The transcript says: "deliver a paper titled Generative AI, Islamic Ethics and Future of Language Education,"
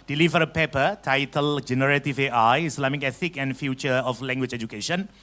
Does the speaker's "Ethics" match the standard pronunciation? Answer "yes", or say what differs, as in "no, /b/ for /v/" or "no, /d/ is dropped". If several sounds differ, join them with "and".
no, /s/ is dropped